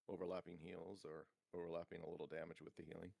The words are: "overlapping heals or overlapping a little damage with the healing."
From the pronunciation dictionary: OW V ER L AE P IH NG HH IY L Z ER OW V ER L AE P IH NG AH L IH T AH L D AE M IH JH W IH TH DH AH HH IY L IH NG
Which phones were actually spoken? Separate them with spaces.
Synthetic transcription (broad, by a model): OW V ER L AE P IH NG HH IY L Z ER OW V ER L AE P IH NG AH L IH T L D AE M IH JH W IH DH AH HH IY L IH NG